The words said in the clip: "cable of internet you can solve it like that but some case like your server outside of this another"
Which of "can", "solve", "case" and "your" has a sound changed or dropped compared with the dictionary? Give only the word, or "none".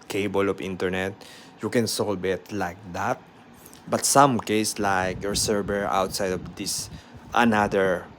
solve